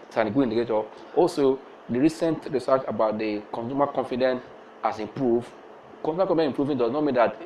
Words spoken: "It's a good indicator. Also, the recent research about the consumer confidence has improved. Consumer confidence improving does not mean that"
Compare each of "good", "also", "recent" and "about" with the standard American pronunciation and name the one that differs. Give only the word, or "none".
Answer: good